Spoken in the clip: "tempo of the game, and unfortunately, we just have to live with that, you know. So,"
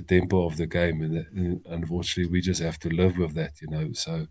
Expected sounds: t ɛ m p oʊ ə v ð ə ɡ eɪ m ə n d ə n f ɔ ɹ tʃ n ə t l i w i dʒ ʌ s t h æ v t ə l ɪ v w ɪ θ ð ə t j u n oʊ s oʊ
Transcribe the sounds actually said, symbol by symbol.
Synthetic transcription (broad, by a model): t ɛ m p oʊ ə v ð ə ɡ eɪ m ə n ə n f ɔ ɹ tʃ ə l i w i dʒ ʌ s t h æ f t ə l ɪ v w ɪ ð ə t j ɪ n oʊ s oʊ